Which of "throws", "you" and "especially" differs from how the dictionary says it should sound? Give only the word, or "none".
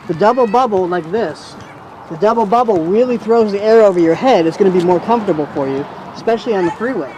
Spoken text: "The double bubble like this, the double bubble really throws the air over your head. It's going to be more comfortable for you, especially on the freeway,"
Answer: none